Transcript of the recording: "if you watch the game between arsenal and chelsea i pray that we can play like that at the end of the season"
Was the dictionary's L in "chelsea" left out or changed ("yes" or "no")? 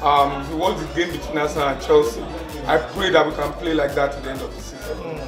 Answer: no